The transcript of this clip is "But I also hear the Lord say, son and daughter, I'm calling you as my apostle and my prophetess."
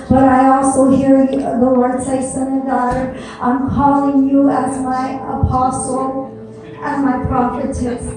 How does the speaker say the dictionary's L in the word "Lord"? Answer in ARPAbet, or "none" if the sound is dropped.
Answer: W